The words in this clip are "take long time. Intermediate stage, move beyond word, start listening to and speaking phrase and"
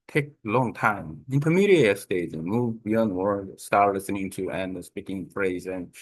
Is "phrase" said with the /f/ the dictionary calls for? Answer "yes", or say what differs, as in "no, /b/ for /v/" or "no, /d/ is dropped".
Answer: yes